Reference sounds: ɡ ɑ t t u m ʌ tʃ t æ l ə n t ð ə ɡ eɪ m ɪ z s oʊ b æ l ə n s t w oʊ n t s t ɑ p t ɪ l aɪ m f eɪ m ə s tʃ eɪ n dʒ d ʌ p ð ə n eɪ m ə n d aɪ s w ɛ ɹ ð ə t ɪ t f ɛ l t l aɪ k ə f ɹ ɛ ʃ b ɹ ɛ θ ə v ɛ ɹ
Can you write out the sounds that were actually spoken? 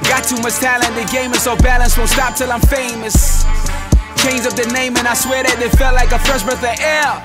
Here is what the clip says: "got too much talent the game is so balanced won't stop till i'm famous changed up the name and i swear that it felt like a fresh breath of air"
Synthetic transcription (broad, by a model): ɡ ɑ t t u m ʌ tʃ t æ l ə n ð ə ɡ eɪ m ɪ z s oʊ b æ l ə n s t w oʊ s t ɑ p t ɪ l aɪ m f eɪ m ə s tʃ eɪ n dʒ ʌ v ð ə n eɪ m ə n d aɪ s w ɛ ɹ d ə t ɪ t f ɛ l t l aɪ k ə f ɹ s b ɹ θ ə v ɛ